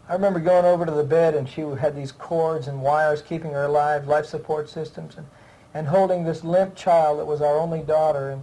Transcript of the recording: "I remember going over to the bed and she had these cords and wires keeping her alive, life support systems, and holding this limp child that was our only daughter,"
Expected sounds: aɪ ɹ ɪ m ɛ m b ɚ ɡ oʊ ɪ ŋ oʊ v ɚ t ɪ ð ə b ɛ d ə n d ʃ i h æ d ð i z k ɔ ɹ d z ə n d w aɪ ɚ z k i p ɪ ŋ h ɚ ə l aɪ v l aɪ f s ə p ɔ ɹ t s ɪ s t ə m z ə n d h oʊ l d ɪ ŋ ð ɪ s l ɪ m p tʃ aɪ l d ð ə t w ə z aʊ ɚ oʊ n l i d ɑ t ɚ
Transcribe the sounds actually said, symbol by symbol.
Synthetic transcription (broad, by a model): aɪ ɹ ɪ m ɛ m b ɚ ɡ oʊ ɪ ŋ oʊ v ɚ t ɪ ð ə b ɛ d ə n ʃ i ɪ d ð i z k ɔ ɹ d z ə n w aɪ ɚ z k i p ɪ ŋ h ɚ ə l aɪ v l aɪ f s ə p ɔ ɹ t s ɪ s t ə m z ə n h oʊ l d ɪ ŋ ð ɪ s l ɪ m p tʃ aɪ l d ð ə t w ə z aʊ ɚ oʊ n l i d ɑ t ɚ